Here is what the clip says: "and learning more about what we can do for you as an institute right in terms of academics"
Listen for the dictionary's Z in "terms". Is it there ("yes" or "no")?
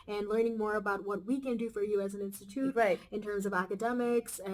yes